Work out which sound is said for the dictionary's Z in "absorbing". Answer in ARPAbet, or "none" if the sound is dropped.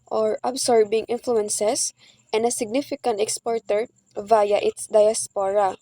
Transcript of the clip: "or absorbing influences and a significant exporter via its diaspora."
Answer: S